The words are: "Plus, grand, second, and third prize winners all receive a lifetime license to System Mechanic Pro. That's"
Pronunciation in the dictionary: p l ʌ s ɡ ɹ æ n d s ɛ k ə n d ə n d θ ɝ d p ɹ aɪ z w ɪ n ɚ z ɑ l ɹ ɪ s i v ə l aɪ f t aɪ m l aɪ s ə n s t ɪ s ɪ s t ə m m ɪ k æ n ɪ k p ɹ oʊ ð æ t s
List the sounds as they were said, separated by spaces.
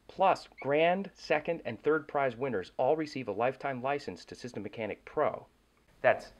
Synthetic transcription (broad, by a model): p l ʌ s ɡ ɹ æ n d s ɛ k ə n d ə n θ ɝ d p ɹ aɪ z w ɪ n ɚ z ɑ l ɹ ɪ s i v ə l aɪ f t aɪ m l aɪ s ə n s t ɪ s ɪ s t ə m m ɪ k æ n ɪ k p ɹ oʊ ð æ t s